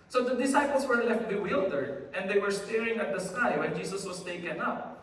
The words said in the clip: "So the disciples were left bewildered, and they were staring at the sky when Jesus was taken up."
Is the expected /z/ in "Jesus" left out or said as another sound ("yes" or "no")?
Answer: yes